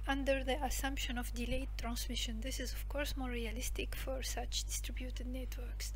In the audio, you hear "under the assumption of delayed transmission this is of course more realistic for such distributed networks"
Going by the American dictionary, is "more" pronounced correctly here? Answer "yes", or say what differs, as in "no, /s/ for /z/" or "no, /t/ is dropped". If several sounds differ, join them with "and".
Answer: yes